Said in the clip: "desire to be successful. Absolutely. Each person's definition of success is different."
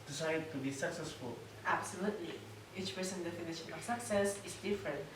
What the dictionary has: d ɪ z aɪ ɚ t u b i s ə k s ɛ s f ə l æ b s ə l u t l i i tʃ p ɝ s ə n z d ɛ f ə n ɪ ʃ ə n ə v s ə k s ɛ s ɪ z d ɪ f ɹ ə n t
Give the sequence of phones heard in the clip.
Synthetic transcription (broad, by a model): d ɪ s aɪ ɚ t u b i s ə k s ɛ s f ə l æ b s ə l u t l i i tʃ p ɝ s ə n d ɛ f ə n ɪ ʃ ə n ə f s ə k s ɛ s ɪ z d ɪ f ɹ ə n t